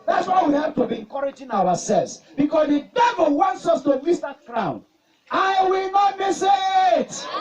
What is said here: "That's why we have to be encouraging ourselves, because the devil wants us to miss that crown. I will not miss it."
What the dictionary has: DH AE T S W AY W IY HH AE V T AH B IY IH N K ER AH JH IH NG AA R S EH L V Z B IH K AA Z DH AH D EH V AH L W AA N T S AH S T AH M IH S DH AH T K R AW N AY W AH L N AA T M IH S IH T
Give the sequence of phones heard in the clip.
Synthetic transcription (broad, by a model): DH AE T S W AY W IY HH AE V T AH B IY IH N K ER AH JH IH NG AA W S EH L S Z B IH K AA S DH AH D EH V AH L W AA N T S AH S T AH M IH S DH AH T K R AW N AY W AH L N AA T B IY S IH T